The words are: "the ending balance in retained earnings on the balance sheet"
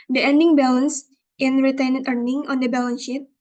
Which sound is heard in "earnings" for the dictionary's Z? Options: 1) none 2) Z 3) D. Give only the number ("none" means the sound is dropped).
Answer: 1